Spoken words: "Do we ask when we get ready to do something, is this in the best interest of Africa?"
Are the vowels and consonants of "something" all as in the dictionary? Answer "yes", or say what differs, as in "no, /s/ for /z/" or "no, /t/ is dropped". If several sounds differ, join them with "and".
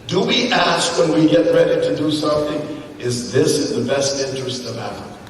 yes